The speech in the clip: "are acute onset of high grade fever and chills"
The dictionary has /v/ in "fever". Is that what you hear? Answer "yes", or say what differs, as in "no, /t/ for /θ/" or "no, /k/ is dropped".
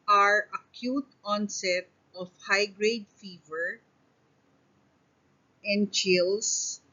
yes